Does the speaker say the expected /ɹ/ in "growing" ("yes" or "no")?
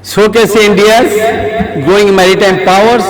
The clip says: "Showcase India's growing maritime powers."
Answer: no